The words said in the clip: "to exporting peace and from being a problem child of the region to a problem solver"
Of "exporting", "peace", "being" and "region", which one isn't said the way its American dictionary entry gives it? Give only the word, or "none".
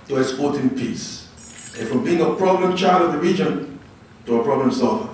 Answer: exporting